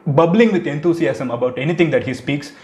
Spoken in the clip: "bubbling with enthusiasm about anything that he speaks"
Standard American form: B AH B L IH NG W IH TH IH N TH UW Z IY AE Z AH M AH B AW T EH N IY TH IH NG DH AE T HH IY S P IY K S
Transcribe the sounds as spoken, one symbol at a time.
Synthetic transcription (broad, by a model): B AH B L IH NG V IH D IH N T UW S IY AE S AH M AH B AW T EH N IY T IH NG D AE T HH IY S P IY K S